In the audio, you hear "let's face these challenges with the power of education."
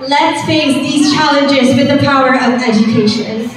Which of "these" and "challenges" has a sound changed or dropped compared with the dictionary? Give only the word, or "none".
none